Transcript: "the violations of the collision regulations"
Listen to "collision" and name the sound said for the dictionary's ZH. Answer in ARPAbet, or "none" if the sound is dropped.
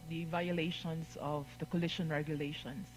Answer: SH